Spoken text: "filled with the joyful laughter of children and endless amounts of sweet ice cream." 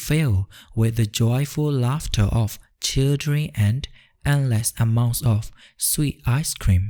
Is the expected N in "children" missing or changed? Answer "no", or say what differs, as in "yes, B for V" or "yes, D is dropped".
yes, N is dropped